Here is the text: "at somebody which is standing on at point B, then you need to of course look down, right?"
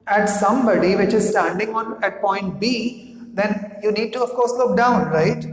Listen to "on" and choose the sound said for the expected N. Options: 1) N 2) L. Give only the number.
1